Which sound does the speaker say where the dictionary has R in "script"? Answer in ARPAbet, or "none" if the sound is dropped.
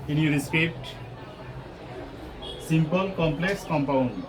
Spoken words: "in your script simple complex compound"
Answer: none